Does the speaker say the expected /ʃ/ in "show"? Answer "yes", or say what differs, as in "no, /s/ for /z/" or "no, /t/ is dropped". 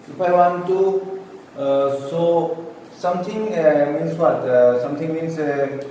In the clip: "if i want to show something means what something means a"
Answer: no, /s/ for /ʃ/